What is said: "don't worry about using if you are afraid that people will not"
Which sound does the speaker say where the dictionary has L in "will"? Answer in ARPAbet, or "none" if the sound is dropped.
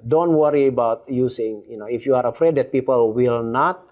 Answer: L